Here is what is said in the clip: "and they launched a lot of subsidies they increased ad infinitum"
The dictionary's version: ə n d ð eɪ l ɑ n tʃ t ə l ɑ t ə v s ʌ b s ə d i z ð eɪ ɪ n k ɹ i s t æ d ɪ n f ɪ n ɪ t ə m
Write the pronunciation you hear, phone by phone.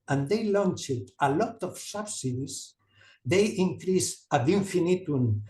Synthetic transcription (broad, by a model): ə n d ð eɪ l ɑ n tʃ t ə l ɑ t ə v s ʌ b s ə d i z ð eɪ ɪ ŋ k ɹ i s æ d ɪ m f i n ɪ t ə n